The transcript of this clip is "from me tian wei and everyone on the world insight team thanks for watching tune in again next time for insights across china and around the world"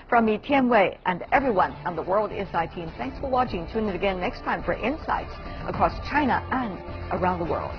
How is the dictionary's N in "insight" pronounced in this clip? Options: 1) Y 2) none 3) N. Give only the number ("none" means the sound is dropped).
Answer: 2